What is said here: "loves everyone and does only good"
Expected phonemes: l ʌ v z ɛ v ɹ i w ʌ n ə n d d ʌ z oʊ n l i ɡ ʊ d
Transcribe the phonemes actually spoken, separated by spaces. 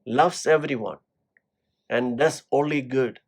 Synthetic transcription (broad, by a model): l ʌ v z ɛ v ɹ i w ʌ n ə n d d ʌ s oʊ n l i ɡ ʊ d